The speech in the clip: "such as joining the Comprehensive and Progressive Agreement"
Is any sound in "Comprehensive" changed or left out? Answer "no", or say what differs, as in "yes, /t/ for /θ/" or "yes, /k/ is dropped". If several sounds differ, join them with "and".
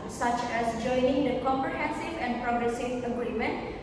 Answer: no